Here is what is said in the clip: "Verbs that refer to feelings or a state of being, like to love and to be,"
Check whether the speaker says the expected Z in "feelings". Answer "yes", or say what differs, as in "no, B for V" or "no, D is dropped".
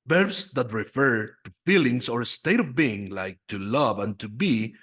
no, S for Z